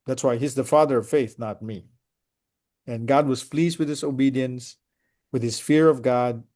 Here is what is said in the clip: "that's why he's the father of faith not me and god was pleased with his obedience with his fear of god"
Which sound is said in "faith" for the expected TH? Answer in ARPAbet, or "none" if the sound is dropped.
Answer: TH